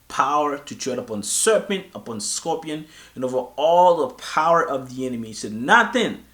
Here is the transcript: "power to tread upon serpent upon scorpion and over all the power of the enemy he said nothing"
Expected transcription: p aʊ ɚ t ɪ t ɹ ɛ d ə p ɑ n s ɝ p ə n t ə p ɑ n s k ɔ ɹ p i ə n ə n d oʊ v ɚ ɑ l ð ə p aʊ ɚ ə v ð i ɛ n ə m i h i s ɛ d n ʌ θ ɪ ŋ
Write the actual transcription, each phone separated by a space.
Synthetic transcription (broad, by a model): p aʊ ɚ t ɪ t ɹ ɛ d ə p ɑ n s ɝ p ə n t ə p ɑ n s k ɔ p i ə n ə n oʊ v ɚ ɑ l ð ə p aʊ ɚ ə v ð i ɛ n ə m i i s ɛ d n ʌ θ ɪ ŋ